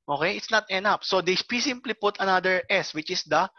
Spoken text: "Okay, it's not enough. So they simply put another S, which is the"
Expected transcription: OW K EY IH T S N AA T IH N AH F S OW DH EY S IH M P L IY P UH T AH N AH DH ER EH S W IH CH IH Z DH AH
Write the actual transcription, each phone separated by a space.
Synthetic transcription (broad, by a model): OW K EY IH T S N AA T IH N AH P S OW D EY S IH M P L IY P UH T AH N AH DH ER EH S W IH CH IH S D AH